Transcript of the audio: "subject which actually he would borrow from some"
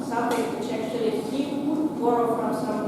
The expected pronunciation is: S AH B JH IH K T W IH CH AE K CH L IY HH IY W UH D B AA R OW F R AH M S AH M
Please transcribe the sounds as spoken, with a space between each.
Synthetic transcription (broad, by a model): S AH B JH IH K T W IH CH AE K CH IY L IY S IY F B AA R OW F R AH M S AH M